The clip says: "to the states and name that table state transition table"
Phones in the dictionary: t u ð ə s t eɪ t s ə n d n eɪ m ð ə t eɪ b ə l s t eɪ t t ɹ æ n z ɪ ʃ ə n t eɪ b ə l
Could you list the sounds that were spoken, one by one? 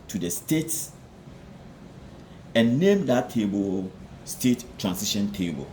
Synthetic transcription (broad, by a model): t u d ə s t eɪ t s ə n n eɪ m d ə t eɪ b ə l s t eɪ t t ɹ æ n s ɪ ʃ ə n t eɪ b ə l